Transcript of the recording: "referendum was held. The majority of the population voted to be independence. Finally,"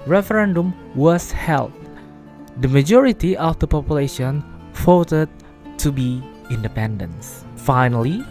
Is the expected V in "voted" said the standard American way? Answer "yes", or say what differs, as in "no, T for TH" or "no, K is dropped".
no, F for V